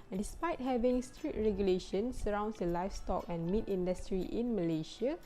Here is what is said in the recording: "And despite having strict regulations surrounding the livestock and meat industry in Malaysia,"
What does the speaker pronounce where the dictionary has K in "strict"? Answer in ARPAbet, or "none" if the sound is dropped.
none